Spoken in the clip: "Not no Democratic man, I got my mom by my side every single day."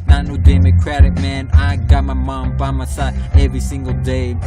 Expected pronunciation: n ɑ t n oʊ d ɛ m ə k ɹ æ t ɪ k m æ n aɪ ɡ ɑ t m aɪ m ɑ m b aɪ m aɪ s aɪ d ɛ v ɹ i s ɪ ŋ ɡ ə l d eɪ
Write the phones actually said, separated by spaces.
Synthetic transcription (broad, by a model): n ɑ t n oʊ d ɛ m ə k ɹ æ t ɪ k m æ n aɪ ɡ ɑ t m aɪ m ɑ m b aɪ m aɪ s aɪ ɛ v ɹ i s ɪ ŋ ɡ ə l d eɪ